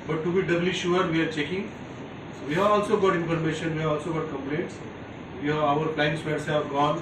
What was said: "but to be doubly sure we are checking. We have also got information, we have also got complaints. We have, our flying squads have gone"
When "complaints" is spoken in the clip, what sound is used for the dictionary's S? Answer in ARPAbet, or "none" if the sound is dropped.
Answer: S